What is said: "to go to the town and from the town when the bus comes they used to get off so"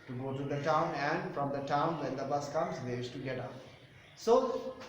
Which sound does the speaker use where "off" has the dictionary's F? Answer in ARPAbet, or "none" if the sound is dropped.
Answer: P